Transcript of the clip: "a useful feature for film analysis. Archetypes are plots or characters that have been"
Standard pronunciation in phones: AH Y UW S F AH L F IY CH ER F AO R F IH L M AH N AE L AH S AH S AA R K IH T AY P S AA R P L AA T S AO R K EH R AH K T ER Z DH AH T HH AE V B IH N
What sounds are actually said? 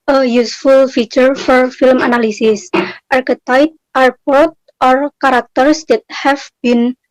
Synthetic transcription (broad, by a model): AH Y UW S F AH L F IY CH ER F AO R F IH L M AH N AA L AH S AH S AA R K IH T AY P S AA R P AA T AO R K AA R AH K T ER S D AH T HH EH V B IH N